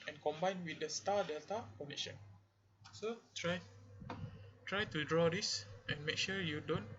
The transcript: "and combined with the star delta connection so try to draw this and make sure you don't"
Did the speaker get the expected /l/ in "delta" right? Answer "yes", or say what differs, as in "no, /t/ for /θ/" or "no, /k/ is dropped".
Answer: yes